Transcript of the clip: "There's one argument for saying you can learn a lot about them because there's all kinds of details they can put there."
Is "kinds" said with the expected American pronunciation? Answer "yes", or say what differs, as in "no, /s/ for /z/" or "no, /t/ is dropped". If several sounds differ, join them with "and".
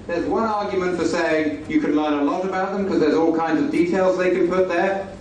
yes